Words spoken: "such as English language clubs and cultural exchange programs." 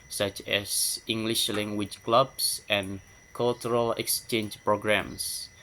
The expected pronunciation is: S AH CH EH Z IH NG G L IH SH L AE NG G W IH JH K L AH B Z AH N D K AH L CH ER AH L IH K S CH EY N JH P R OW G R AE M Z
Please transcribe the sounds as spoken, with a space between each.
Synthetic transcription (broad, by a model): S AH CH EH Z IH NG G L IH SH L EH NG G W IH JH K L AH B S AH N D K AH L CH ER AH L IH K S CH EY N JH P R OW G R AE M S